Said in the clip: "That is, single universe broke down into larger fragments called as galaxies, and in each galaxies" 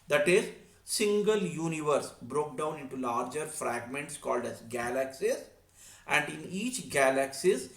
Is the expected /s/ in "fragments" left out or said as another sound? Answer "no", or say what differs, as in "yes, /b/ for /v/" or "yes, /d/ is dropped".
no